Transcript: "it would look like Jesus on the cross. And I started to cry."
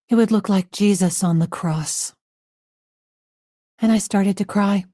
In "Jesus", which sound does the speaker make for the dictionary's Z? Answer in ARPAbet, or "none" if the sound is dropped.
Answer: Z